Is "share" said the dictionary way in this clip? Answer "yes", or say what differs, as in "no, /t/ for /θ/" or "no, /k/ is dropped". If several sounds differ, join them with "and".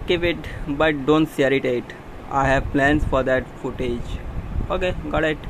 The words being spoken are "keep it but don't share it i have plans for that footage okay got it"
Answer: no, /s/ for /ʃ/